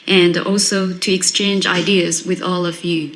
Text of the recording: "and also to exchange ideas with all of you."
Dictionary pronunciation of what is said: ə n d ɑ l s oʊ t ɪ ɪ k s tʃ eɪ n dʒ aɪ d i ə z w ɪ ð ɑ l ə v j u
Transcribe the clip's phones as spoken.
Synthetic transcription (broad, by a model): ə n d ɑ l s oʊ t ɪ ɪ k s tʃ eɪ n dʒ aɪ d i ə z w ɪ ð ɑ l ə v j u